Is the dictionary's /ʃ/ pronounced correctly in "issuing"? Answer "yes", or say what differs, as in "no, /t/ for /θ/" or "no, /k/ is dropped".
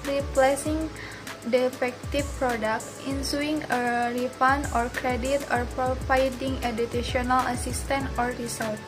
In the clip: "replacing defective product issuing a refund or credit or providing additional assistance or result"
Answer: no, /s/ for /ʃ/